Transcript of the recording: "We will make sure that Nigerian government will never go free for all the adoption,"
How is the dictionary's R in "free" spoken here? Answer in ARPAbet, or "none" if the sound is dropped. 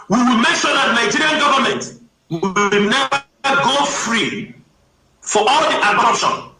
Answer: R